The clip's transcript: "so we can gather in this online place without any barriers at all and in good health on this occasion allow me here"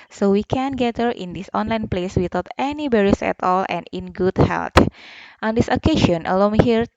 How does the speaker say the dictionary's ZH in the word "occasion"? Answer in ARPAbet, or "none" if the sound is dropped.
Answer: SH